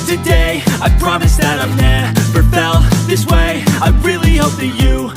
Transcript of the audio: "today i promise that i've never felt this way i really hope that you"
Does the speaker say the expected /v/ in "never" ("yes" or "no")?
no